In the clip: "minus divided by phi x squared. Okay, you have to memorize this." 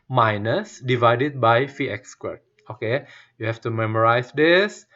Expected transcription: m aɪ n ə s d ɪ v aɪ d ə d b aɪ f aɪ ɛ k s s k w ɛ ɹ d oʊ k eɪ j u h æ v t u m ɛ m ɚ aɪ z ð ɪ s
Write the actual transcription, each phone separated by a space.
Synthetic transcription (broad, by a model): m aɪ n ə s d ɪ v aɪ d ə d b aɪ f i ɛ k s s k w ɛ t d oʊ k eɪ j u h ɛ f t u m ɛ m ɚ aɪ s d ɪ s